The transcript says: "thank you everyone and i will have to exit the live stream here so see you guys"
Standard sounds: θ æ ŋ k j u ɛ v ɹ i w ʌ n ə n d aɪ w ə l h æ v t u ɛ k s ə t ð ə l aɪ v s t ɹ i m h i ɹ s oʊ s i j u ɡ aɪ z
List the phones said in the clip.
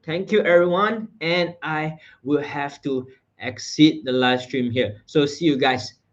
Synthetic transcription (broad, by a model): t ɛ ŋ k j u ɛ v ɹ i w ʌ n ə n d aɪ w ə l h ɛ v t u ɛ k s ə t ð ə l aɪ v s t ɹ i m h i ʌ s oʊ s i j u ɡ aɪ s